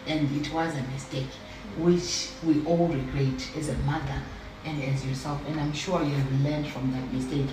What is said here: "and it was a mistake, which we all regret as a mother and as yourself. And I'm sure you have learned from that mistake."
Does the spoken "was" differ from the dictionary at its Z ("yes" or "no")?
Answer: no